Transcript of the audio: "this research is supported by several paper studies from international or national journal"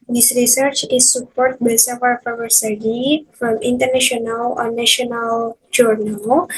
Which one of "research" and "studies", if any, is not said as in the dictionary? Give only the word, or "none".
studies